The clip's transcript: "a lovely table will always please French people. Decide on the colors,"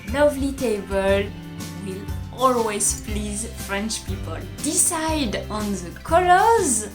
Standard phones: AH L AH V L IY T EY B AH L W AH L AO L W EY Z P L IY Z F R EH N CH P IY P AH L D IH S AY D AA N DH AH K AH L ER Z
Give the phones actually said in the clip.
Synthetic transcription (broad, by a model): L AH V L IY T EY B AH L W AH L AO L W EY Z P L IY Z F R EH N CH P IY P AH L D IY S AY D AA N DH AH K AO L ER Z